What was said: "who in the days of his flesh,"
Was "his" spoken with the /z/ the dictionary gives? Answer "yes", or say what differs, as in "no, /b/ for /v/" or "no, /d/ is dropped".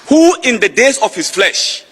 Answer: no, /s/ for /z/